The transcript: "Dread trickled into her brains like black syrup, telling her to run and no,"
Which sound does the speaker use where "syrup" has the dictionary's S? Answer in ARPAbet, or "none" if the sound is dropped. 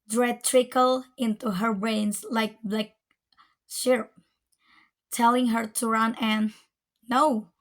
SH